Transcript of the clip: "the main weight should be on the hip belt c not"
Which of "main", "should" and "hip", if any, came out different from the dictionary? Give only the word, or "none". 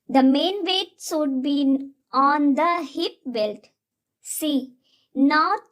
should